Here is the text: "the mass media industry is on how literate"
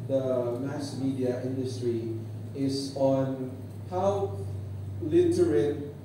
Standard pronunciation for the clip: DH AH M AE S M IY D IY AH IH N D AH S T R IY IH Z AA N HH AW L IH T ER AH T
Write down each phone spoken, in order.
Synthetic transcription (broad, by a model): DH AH M AE S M IY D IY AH IH N D AH S T R IY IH S AA N HH AW L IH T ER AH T